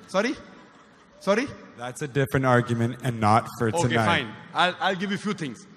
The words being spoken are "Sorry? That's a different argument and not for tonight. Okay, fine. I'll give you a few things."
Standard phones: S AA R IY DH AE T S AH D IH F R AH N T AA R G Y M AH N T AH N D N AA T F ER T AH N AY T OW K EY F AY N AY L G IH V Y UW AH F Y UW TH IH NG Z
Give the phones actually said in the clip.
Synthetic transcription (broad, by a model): S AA R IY DH AE T S AH D IH F R AH N T AA R G Y M AH N T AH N N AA T F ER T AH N AY AA IH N AY L AY L G IH V Y UW F Y UW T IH NG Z